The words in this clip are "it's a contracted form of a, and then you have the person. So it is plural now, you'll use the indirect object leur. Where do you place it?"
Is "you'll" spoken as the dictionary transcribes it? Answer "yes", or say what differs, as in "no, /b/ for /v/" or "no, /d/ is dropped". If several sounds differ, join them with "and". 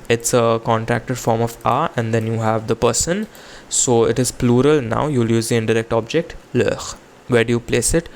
yes